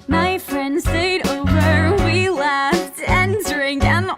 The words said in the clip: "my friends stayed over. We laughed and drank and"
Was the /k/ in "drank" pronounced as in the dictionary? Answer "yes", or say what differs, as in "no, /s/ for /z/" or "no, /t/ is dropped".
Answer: no, /k/ is dropped